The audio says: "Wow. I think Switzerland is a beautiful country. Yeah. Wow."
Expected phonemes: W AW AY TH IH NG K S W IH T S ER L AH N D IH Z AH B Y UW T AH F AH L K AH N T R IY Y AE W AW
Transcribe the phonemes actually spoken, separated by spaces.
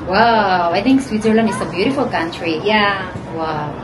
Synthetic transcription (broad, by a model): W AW AY T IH NG K S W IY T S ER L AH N IH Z AH B Y UW T AH F AH L K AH N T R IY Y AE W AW